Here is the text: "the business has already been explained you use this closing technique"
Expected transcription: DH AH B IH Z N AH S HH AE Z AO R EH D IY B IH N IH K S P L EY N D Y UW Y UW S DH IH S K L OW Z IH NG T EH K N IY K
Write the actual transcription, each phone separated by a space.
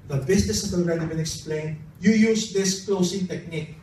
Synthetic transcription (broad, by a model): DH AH B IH S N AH S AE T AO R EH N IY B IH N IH K S P L EY N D Y UW Y UW S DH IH S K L OW S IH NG T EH K N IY K